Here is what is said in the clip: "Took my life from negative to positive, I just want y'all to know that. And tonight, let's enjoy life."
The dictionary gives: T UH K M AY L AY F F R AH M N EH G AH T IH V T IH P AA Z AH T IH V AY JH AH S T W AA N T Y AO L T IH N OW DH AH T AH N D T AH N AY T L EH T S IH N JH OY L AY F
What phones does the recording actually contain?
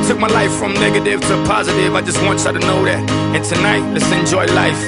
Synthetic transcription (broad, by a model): T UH K M AY L AY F F R AH M N EH G AH T IH V T IH P AA Z AH T IH V AY JH AH S T W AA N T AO T IH N OW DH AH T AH N T AH N AY T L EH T S IH N JH OY L AY F